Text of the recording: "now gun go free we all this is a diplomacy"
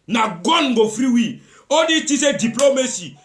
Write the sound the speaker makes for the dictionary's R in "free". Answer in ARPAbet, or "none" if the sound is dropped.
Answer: R